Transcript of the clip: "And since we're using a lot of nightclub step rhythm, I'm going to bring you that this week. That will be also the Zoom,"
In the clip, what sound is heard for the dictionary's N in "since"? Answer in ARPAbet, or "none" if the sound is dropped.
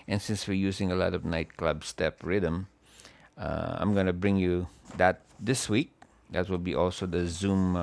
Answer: N